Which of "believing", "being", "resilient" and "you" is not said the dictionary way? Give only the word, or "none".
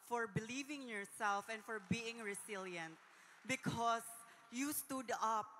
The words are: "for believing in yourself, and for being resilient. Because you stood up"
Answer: resilient